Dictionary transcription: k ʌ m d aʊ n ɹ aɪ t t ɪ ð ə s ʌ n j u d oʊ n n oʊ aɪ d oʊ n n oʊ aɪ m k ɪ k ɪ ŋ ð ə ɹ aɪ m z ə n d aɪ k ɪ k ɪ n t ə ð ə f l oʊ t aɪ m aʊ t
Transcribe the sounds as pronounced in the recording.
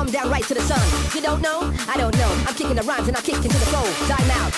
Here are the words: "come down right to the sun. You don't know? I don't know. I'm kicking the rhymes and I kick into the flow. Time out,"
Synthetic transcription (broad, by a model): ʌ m d aʊ n ɹ aɪ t t ɪ ð ə s ʌ n j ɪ d oʊ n n oʊ aɪ d oʊ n n oʊ aɪ m k ɪ k ɪ ŋ ð ə ɹ aɪ m z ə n aɪ k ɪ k ɪ n t ə ð ə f oʊ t aɪ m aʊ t